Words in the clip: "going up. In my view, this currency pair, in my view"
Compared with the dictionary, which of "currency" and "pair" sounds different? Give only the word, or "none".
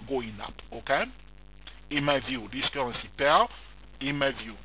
pair